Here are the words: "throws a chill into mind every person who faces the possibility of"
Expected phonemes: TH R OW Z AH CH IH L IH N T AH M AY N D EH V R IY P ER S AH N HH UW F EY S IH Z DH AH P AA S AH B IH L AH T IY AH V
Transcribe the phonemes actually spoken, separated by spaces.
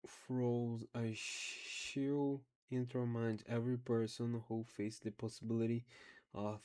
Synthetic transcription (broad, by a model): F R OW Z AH SH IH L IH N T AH M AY N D EH V R IY P ER S AH N HH UW F EY IH S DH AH P AA S AH B IH L AH T IY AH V